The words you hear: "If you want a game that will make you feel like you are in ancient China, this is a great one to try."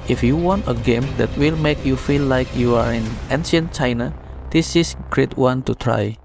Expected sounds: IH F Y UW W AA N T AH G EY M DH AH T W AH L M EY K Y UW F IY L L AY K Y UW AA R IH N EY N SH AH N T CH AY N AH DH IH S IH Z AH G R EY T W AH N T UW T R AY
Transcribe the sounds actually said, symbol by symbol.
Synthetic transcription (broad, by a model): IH F Y UW W AA N T AH G EY M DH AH T W AH L M EY K Y UW F IY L L AY K Y UW AA R IH N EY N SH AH N CH AY N AH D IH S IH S G R EY T W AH N T UW T R AY